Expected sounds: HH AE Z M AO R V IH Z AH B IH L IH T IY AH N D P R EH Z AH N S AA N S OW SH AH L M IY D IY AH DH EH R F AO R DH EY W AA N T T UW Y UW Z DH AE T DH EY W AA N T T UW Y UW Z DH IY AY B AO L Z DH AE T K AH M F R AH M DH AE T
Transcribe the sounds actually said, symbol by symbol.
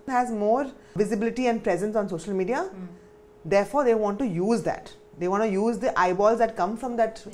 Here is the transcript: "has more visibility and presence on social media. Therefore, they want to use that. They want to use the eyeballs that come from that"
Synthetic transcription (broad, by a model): HH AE Z M AO R V IH Z AH B IH L IH T IY AH N D P R EH Z AH N S AA N S OW SH AH L M IY D IY AH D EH R F AO R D EY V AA N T T UW Y UW Z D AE T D EY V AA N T T UW Y UW Z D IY AY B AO L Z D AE T K AH M F R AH M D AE T